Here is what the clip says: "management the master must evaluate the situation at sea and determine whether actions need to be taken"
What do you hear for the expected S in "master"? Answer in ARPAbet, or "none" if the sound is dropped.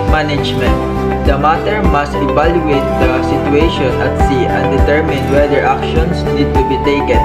none